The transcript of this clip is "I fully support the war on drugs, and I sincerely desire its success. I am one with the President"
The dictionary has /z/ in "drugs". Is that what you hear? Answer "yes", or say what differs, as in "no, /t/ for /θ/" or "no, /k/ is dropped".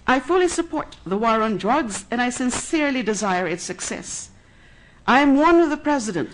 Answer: yes